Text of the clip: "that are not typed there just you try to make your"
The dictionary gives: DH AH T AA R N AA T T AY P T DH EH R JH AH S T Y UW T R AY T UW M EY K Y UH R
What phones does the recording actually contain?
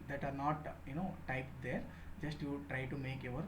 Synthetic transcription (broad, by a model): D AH T AA R N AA T T AY P T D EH R JH AH S T Y UW T R AY T UW M EY K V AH R